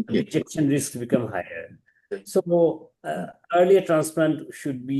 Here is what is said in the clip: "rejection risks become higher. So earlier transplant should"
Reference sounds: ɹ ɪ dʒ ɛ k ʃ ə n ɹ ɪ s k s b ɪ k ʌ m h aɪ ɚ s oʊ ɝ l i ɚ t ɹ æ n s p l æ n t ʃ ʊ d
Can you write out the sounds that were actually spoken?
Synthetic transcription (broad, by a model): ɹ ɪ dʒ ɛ k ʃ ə n ɹ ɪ s k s b ɪ k ʌ m h aɪ ɚ s oʊ ɝ l i ɚ t ɹ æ n s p l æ n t ʃ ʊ d